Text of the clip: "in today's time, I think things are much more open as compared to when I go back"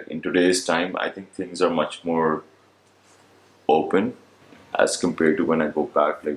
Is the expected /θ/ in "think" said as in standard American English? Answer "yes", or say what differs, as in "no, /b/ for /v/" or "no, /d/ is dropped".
no, /t/ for /θ/